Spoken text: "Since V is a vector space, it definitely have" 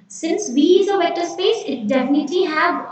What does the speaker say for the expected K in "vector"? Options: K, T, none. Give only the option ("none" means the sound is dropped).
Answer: none